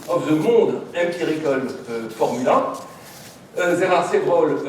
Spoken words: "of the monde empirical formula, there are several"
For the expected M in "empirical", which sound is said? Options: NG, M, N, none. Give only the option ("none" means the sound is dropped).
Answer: none